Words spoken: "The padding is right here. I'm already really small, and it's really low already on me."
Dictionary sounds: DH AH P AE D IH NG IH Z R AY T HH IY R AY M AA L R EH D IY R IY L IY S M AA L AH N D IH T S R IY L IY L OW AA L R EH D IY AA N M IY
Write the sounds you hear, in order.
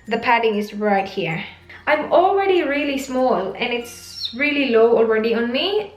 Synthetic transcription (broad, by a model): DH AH P AE D IH NG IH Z R AY T HH IY R AY M AA L R EH D IY R IY L IY S M AA L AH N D IH T S R IY L IY L OW AA L R EH D IY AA N M IY